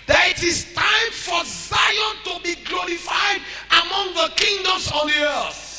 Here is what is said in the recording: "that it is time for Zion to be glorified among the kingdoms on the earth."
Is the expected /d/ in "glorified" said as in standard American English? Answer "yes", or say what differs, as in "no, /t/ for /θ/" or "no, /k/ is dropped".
yes